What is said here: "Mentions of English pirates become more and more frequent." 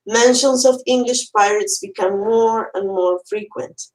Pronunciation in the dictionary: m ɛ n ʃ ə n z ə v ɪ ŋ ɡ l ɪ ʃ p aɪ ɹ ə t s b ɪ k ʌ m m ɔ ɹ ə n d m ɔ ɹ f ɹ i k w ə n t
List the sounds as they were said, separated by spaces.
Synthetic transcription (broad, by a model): m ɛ n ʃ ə n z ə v ɪ ŋ ɡ l ɪ ʃ p aɪ ɹ ə t s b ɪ k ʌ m m ɔ ɹ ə n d m ɔ ɹ f ɹ i k w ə n t